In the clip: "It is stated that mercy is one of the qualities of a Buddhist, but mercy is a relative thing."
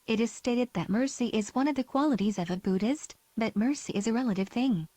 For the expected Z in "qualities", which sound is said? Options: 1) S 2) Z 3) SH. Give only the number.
2